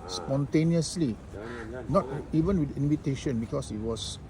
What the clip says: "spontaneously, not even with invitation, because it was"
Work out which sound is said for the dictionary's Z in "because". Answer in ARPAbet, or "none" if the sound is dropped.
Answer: S